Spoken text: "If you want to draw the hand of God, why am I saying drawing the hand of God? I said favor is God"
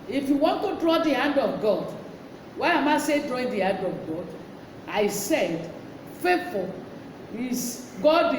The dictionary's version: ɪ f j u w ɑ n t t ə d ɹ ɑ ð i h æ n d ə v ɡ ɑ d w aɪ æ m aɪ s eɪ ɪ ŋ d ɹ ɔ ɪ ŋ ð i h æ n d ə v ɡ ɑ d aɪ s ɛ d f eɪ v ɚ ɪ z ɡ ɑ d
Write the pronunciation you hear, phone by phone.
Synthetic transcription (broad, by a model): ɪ f j u w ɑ n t t ə d ɹ ɑ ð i h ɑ n d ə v ɡ ɑ d w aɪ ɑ m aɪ s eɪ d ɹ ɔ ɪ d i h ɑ n d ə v ɡ ɑ d aɪ s ɛ d f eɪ f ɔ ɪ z ɡ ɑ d